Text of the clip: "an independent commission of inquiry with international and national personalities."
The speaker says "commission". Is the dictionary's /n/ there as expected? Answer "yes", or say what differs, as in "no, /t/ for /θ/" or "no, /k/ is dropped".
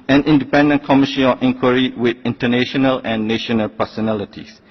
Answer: no, /n/ is dropped